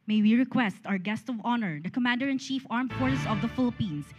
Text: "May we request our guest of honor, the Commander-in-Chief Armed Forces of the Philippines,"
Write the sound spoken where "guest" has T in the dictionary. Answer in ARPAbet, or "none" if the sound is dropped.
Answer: T